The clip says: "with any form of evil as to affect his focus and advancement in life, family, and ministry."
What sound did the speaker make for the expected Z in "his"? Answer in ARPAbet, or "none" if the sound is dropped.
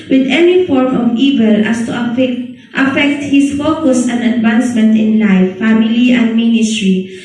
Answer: S